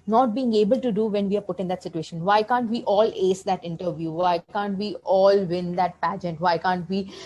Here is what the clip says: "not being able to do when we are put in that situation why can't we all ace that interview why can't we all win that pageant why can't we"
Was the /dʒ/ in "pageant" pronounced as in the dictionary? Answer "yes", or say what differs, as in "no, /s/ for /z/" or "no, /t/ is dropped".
yes